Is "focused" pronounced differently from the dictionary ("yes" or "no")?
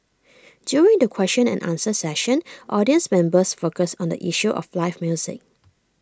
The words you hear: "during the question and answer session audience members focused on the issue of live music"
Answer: yes